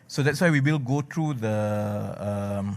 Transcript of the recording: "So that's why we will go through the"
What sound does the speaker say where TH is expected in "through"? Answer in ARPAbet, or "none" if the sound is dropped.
T